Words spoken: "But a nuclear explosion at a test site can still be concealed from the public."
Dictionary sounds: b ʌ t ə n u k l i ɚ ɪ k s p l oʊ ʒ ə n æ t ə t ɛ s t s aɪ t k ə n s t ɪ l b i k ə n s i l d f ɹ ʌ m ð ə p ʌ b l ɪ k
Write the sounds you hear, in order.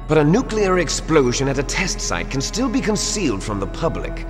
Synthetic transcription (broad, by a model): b ʌ t ə n u k l i ɚ ɪ k s p l oʊ ʒ ə n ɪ t ə t ɛ s t s aɪ t k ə n s t ɪ l b i k ə n s i l d f ɹ ʌ m ð ə p ʌ b l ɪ k